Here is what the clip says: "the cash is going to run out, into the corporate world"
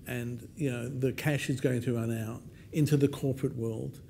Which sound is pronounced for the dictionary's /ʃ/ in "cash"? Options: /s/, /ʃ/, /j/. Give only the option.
/ʃ/